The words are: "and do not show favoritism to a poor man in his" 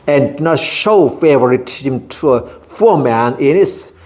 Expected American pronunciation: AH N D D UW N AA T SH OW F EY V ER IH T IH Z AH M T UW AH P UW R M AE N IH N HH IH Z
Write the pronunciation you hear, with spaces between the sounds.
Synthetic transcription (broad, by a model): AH N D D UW N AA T SH OW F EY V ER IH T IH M T UW AH F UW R M AE N IH N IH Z